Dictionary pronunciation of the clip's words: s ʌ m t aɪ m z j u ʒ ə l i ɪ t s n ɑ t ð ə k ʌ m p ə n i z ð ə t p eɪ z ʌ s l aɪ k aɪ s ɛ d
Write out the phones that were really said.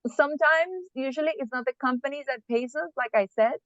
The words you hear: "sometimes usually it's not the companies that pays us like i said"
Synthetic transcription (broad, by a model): s ʌ m t aɪ m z j u ʒ ə l i ɪ t s n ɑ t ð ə k ʌ m p ə n i z ð ə t p eɪ s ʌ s l aɪ k aɪ s ɛ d